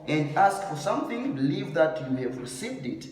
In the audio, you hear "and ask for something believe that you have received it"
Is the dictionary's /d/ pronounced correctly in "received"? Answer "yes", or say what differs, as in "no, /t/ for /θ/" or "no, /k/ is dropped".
yes